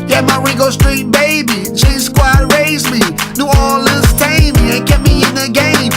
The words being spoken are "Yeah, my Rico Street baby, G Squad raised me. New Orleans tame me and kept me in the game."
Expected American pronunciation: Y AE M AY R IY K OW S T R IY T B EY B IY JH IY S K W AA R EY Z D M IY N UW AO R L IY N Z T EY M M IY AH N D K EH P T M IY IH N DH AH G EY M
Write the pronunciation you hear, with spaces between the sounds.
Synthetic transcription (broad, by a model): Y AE M AY R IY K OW S T R IY T B EY B IY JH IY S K W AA R EY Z M IY N UW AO L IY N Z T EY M M IY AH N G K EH T M IY IH N DH AH G EY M